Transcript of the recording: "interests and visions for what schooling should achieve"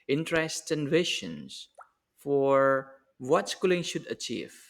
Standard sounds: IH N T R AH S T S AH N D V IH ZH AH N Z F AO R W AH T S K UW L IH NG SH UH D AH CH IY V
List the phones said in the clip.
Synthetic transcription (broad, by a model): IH N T R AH S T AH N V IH SH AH N S F AO R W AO T S K UW L IH NG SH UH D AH CH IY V